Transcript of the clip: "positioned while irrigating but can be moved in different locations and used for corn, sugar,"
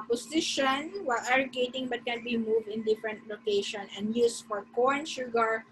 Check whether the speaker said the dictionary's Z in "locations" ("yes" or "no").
no